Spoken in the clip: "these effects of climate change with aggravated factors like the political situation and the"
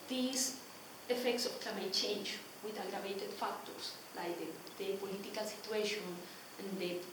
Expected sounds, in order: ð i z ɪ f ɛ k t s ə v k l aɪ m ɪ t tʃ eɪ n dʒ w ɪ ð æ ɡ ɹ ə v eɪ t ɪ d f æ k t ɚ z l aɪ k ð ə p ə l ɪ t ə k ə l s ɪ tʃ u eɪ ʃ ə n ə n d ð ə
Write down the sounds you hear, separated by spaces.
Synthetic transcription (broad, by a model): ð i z ɪ f ɛ k t s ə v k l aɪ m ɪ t tʃ eɪ n dʒ w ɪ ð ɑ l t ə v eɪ t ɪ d f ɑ k t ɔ s l aɪ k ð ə p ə l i t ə k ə l s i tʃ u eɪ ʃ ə n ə n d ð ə